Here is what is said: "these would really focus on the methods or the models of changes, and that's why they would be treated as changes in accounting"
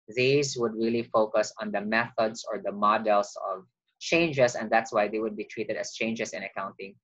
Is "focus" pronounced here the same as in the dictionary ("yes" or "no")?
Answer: yes